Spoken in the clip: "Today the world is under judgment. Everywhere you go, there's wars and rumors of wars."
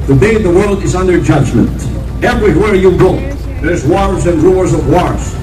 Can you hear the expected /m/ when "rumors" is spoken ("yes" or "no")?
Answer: no